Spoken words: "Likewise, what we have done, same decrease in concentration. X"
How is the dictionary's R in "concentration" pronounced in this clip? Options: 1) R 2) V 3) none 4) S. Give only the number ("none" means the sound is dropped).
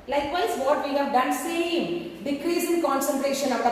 1